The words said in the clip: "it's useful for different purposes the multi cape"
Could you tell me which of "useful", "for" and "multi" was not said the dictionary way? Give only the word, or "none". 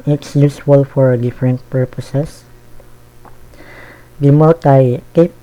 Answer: multi